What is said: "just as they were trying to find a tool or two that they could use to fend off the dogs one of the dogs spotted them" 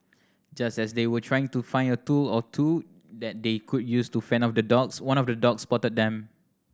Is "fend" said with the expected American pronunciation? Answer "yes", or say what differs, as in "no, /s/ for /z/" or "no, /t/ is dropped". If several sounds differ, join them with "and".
no, /d/ is dropped